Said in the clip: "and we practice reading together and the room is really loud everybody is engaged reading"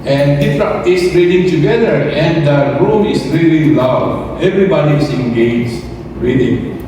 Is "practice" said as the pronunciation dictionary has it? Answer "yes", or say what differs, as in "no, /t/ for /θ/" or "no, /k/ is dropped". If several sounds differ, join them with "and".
no, /f/ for /p/